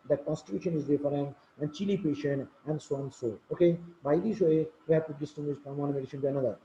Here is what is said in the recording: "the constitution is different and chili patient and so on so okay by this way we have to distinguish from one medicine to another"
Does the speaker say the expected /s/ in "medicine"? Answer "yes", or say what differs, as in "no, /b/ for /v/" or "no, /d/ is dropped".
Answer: no, /ʃ/ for /s/